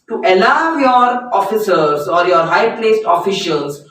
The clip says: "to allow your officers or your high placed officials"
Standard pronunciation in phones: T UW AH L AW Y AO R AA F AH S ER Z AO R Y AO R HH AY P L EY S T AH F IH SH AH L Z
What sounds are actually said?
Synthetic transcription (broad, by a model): T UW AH L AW Y AO R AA F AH S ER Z AO R Y AO R HH AY P L EY S T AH F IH SH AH L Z